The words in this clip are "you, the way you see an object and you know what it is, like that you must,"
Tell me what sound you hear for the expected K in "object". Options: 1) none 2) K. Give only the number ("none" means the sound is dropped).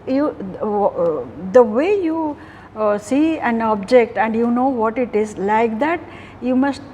2